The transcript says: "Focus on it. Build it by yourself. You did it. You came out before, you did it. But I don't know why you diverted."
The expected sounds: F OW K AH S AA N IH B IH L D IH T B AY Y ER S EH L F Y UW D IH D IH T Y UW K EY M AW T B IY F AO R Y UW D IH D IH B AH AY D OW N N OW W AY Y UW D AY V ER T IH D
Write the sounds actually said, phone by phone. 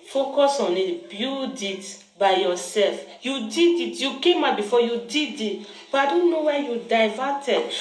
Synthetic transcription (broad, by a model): F OW K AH S AA N IH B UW D IH T B AY Y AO S EH L F Y UW D IH D IH T Y UW K EY M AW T B IY F AO Y UW D IH D IH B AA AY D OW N N OW W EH Y UW D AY V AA T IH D